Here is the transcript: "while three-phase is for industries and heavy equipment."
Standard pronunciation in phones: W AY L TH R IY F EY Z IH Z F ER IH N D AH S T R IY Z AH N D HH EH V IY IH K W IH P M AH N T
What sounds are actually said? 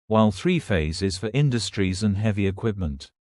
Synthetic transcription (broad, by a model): W AY L TH R IY F EY Z IH Z F ER IH N D AH S T R IY Z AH N HH EH V IY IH K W IH P M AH N T